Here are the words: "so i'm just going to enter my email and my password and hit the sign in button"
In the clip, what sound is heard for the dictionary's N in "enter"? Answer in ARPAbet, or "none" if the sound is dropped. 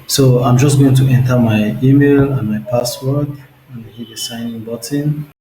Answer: N